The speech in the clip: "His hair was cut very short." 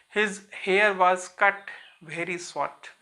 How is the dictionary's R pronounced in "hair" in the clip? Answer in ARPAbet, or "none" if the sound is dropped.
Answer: R